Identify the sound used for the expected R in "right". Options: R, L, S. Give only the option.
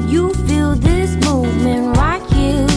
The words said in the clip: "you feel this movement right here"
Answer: L